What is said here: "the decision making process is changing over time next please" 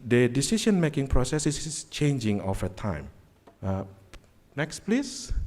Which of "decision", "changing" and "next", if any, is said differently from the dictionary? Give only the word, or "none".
decision